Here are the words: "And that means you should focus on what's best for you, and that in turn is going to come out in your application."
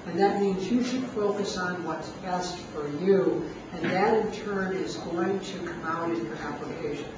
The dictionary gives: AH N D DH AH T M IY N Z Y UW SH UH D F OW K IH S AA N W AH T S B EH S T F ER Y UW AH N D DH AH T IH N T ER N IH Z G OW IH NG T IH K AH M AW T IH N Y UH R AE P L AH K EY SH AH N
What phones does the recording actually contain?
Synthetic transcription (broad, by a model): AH N DH AH T M IY N Z Y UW SH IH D F OW K IH S N W AH T S B EH S T F ER Y UW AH N DH AH T IH N T ER N IH Z G OW IH NG T IH K AH M AW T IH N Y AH R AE P L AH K EY SH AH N